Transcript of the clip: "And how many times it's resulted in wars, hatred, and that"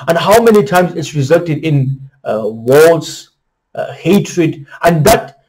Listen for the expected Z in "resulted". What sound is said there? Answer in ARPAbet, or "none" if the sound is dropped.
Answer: Z